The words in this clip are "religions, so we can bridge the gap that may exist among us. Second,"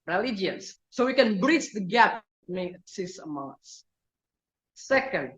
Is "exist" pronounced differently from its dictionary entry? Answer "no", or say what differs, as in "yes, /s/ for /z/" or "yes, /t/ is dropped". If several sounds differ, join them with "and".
yes, /t/ is dropped